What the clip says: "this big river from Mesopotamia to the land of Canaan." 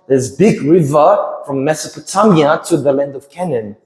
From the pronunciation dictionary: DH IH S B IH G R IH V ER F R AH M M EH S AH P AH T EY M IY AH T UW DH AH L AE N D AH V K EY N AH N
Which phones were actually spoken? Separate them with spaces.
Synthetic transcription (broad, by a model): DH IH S B IH G R IH V ER F R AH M M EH S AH P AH T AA M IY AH T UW DH AH L AE N D AH V K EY N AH N